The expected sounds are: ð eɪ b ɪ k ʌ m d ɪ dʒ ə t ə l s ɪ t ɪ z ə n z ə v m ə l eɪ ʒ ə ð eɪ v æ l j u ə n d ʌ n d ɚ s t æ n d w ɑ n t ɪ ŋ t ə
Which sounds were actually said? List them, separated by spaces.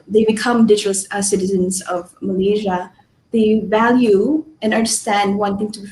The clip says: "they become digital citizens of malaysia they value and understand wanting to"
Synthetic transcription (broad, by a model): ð eɪ b ɪ k ʌ m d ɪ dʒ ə s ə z s ɪ t ɪ z ə n z ə v m ə l eɪ ʒ ə ð eɪ v æ l j u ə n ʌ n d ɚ s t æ n d w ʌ n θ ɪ ŋ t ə